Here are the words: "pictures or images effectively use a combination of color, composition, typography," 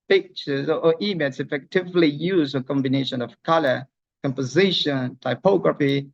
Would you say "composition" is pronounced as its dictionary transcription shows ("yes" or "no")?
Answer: yes